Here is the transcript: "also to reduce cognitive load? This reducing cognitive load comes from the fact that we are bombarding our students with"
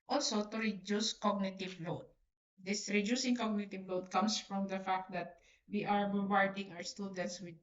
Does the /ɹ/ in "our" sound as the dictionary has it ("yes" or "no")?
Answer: no